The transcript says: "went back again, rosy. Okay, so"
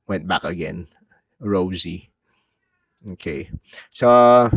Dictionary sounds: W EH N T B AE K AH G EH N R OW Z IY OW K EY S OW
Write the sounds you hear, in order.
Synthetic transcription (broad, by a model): W EH N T B AE K AH G EH N R OW Z IY OW K EY S OW